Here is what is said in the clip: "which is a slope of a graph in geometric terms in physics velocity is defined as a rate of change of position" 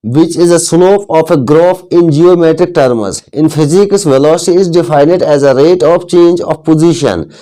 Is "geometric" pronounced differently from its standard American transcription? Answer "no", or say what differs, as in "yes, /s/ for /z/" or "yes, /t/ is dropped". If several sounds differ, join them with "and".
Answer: no